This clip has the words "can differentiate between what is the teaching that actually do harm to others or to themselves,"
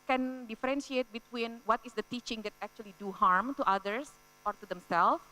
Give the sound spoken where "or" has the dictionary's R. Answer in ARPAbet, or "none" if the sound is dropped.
R